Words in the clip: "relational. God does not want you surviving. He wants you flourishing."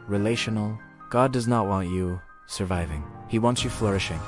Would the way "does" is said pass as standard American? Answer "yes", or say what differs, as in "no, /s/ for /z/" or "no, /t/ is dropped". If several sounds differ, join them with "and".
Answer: yes